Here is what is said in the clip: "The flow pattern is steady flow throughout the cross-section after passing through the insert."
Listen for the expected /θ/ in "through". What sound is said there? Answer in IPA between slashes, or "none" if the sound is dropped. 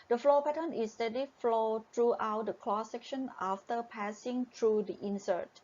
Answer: /t/